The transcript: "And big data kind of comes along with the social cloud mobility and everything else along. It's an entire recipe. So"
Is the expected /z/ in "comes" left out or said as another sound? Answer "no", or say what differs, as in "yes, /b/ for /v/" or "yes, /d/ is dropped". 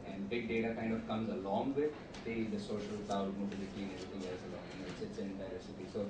no